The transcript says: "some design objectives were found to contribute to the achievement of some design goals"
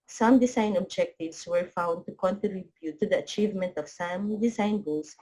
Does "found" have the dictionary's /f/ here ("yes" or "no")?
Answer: yes